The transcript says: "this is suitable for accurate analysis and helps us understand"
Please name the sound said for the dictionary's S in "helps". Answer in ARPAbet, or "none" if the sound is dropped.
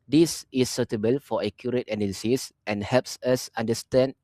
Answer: S